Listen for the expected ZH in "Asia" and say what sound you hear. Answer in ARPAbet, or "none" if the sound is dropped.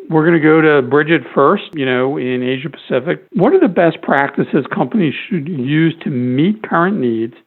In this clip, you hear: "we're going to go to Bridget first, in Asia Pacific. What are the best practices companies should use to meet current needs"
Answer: ZH